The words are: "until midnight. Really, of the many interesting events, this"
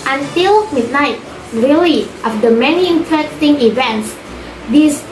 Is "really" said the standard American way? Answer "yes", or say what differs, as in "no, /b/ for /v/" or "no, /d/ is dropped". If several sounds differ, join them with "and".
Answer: no, /l/ is dropped